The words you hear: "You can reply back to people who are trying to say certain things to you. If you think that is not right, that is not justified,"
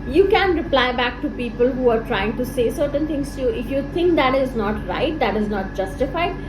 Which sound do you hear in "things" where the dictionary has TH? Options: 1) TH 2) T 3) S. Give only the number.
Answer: 2